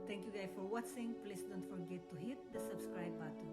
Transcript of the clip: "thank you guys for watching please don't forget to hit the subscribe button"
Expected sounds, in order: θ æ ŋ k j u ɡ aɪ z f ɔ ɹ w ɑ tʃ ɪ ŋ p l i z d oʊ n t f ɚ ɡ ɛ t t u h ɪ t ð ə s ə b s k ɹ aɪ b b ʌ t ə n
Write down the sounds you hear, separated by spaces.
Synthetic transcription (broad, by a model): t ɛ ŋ k j u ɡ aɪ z f ɔ ɹ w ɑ s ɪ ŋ p l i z d oʊ n t f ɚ ɡ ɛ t t u h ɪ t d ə s ə b s k ɹ aɪ b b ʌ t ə